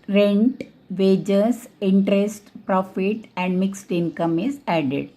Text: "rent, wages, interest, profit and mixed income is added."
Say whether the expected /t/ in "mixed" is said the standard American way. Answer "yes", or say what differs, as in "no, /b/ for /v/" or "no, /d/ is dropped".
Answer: yes